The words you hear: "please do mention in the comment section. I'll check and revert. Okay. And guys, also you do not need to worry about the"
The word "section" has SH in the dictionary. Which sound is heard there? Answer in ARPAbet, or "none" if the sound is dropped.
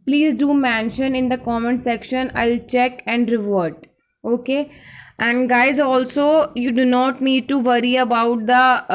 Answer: SH